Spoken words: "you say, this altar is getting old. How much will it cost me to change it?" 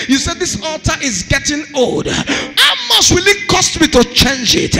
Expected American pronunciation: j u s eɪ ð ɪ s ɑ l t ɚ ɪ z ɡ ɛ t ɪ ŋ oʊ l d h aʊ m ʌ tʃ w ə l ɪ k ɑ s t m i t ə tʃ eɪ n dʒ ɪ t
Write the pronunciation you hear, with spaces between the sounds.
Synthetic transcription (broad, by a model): j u s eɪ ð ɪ s ɑ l t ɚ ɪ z ɡ ɛ t ɪ ŋ oʊ l d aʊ m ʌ s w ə l ɪ k ɑ s t m i t ə tʃ eɪ n dʒ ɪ t